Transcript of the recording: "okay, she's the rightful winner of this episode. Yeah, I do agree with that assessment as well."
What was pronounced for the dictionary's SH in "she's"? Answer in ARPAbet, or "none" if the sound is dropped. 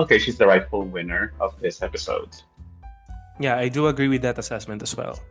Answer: SH